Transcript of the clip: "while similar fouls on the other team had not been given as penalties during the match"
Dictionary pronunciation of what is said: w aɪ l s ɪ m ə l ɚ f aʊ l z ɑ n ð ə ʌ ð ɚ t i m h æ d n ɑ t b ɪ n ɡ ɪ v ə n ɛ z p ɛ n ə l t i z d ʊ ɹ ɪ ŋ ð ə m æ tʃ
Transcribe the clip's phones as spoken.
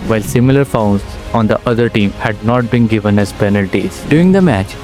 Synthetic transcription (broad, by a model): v aɪ l s ɪ m ə l ɚ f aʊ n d ɑ n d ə ʌ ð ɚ t i m h æ d n ɑ t b ɪ n ɡ ɪ v ə n ɛ z p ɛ n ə l t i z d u ɪ ŋ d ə m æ tʃ